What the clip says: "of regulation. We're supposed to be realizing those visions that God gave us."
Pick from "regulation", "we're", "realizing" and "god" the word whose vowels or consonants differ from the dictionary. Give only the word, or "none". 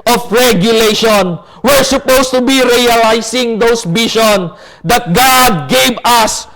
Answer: realizing